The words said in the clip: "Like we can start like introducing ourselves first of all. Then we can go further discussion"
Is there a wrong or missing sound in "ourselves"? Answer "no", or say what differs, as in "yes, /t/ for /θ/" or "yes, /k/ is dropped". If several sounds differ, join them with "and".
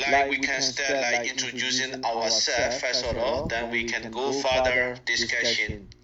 yes, /w/ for /ɹ/